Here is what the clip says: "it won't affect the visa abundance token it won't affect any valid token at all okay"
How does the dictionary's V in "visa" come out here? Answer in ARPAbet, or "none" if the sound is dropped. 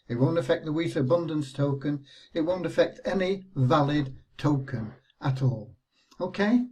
W